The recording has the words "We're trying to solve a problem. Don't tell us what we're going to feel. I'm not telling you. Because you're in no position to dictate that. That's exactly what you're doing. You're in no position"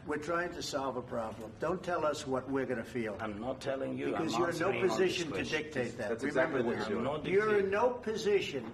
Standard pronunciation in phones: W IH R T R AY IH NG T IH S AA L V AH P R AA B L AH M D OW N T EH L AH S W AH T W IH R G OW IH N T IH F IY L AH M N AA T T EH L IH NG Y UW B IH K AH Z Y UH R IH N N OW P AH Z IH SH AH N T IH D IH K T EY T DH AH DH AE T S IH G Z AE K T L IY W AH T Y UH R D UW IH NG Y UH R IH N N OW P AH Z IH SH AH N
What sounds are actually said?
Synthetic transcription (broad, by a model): W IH R T R AY IH NG T IH S AA L V AH P R AA B L AH M D OW N T EH L AH S W AH T W IH R G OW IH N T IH F IY L AH M N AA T T EH L IH NG Y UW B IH K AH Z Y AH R IH N N OW P AH Z IH SH AH N T IH D IH K T EY T DH AH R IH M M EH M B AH R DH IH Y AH R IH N N OW P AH Z IH SH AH N